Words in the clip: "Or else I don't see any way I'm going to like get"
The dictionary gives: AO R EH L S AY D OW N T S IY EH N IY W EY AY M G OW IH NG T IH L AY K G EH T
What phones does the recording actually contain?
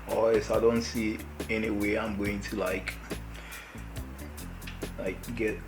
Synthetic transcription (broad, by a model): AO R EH S AY D OW N T S IY EH N IY W EY AY M G OW IH NG T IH L AY K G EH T